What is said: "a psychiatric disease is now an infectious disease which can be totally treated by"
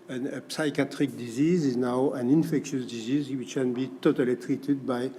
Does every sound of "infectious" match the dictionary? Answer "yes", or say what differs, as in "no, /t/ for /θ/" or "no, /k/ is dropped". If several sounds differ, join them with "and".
yes